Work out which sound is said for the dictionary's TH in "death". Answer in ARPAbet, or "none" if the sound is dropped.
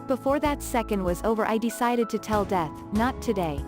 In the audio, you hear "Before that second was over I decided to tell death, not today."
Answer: TH